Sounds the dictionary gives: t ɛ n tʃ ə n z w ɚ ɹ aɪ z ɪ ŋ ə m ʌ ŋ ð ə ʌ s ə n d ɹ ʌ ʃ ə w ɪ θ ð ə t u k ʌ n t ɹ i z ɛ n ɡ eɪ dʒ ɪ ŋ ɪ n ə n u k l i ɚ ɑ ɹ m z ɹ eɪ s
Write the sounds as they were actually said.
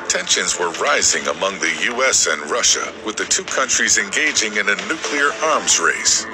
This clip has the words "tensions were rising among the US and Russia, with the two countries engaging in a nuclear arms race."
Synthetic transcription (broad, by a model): t ɛ n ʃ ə n z w ɚ ɹ aɪ z ɪ ŋ ə m ʌ ŋ ð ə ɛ s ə n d ɹ ʌ ʃ ə w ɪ ð ə t u k ʌ n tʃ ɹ i z ɛ n ɡ eɪ dʒ ɪ ŋ ɪ n ə n u k l i ɚ ɑ ɹ m z ɹ eɪ s